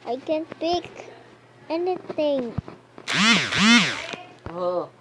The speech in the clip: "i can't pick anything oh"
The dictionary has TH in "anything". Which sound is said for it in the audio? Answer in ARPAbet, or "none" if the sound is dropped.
T